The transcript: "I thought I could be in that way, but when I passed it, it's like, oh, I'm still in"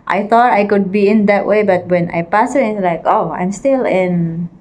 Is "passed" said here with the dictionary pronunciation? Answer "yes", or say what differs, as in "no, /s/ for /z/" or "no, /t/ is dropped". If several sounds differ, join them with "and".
no, /t/ is dropped